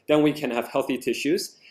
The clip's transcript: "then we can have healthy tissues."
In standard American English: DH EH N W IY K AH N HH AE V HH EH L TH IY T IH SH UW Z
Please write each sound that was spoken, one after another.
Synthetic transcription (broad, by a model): DH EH N W IY K AH N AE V HH EH L TH IY T IH SH UW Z